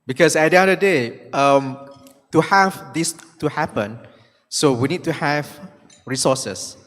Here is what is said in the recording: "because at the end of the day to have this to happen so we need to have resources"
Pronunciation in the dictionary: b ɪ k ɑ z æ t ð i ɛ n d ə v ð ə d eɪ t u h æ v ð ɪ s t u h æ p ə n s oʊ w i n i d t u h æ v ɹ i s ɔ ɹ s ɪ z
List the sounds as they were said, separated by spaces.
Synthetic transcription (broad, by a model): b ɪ k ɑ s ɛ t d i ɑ d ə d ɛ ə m t u h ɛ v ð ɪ s t u h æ p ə n s oʊ w i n i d t u h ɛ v ɹ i s ɔ s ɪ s